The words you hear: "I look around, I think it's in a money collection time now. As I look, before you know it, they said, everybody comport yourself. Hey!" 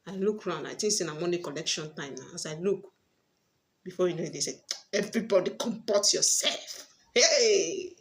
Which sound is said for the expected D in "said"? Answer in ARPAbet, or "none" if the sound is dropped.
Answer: none